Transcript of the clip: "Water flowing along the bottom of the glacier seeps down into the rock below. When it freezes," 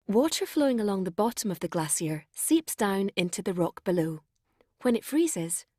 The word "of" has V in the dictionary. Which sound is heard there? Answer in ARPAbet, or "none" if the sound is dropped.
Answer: V